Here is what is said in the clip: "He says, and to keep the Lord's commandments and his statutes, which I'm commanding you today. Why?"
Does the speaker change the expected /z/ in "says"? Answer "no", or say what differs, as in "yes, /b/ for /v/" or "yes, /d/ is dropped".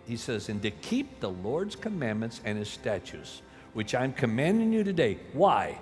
no